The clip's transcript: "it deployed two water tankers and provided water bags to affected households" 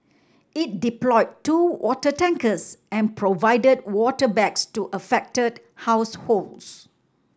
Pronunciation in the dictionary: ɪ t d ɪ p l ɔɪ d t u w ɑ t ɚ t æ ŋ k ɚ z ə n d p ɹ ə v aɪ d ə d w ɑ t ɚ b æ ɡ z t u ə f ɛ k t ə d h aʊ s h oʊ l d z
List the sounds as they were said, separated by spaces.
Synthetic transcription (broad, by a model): ɪ t d ɪ p l ɔɪ d t u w ɑ t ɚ t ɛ ŋ k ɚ s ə n p ɹ ə v aɪ d ə d w ɑ t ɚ b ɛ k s t u ə f ɛ k t ə d h aʊ s h oʊ l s